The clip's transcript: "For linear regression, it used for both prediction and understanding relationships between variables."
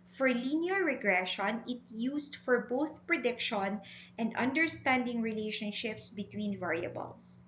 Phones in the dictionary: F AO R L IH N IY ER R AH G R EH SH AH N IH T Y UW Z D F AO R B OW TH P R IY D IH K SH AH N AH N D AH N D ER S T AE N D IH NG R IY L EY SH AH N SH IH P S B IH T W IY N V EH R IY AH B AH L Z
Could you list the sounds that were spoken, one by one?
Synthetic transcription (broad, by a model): F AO R L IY N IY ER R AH G R EH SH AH N IH T Y UW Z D F AO R B OW TH P R IY D IH K SH AH N AH N D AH N D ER S T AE N D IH NG R IY L EY SH AH N SH IH P S B IH T W IY N V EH R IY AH B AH L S